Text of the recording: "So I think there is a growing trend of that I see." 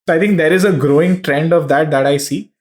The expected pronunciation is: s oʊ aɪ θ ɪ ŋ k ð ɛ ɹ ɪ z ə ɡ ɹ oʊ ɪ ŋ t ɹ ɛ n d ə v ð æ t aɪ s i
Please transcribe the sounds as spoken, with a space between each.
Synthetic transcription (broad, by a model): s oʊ aɪ t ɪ ŋ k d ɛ ɹ ɪ z ə ɡ ɹ oʊ ɪ ŋ t ɹ ɛ n d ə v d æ t aɪ s i